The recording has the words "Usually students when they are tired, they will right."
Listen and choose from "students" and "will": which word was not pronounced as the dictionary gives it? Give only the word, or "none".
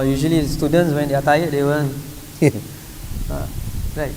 will